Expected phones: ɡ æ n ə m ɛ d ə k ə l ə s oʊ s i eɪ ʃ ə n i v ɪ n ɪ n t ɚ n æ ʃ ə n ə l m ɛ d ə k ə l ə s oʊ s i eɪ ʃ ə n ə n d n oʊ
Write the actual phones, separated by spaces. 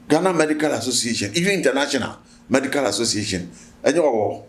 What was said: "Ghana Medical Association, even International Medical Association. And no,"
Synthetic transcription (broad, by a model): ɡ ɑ n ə m ɛ d ə k ə l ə s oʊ s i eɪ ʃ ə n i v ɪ i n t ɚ n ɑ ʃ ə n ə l m ɛ d ə k ə l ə s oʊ s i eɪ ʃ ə n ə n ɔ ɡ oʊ